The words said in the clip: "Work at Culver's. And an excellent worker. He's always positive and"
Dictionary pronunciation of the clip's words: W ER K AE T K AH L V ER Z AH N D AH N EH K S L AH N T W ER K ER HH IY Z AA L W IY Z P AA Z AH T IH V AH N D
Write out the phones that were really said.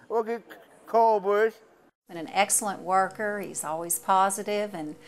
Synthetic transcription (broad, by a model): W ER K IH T K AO L B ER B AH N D AH N EH K S L AH N T W ER K ER HH IY Z AA L W IY Z P AA Z AH T IH V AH N